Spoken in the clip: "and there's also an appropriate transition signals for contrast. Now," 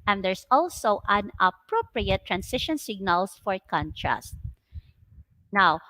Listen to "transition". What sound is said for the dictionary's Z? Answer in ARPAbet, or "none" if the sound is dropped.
S